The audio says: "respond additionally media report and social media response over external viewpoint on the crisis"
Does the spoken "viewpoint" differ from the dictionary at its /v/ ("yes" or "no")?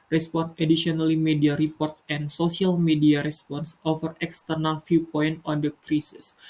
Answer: yes